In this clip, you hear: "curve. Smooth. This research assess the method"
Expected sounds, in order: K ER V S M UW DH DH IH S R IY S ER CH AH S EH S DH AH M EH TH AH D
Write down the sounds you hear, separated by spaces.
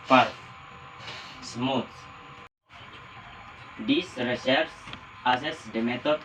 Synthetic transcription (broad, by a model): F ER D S M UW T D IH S R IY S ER S AH S EH S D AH M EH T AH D